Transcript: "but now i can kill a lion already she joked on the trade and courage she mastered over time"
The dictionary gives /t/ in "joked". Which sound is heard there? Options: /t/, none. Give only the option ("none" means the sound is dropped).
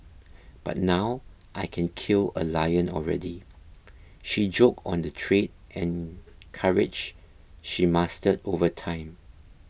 none